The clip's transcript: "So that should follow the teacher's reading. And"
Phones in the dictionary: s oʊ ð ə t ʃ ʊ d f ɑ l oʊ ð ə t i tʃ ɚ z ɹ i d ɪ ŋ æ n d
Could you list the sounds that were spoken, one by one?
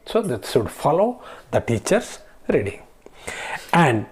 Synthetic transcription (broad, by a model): s oʊ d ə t s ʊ d f ɑ l oʊ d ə t i tʃ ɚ s ɹ i d ɪ ŋ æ n d